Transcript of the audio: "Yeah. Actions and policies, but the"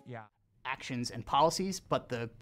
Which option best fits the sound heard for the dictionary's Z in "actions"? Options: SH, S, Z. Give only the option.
Z